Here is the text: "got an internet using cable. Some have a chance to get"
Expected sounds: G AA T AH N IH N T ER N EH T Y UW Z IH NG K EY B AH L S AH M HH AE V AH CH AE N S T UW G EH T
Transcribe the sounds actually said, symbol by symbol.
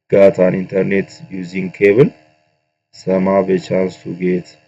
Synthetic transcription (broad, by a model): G AA T AH N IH N T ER N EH T Y UW Z IH NG K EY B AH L S AH M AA B AH CH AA N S T UW G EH T